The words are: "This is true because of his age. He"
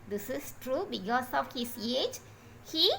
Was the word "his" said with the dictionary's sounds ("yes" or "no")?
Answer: no